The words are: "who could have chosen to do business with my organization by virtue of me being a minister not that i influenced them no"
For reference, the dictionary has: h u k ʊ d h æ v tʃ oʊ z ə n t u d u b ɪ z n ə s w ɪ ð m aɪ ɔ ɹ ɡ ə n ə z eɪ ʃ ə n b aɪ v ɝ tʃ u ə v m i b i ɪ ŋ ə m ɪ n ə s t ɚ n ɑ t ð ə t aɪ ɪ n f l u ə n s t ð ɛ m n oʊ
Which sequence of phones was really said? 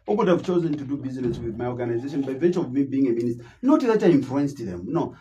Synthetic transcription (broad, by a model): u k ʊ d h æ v tʃ oʊ z ə n t u d u b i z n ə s w ɪ ð m aɪ ɔ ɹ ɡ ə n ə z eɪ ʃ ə n b aɪ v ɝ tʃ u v m i b i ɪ ŋ ə m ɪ n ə s t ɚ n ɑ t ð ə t aɪ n f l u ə n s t ð ɛ m n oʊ